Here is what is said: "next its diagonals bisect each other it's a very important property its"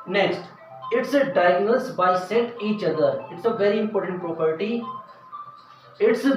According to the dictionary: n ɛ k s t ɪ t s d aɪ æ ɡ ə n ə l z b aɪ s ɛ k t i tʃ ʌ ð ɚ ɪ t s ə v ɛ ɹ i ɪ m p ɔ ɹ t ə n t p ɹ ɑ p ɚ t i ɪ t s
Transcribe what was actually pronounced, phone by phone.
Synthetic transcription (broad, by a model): n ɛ k s t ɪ t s d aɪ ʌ ɡ n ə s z b aɪ s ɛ t i tʃ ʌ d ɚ ɪ t s ə v ɛ ɹ i ɪ m p ɔ ɹ t ə n t p ɹ ɑ p ɚ t i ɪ t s